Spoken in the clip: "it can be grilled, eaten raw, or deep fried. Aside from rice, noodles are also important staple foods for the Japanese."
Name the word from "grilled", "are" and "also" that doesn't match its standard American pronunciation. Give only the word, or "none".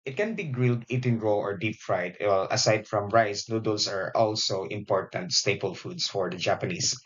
none